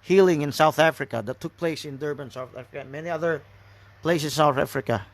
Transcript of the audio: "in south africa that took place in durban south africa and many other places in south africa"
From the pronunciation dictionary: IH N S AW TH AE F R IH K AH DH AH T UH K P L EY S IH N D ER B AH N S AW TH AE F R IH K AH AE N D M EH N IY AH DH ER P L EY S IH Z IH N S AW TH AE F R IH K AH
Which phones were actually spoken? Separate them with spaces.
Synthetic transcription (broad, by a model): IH N S AW TH AE F R IH K AH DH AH T UH K P L EY S IH N D ER B AH N S AW TH AE F R IH K AH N M EH N IY AH DH ER P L EY IH S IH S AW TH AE F R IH K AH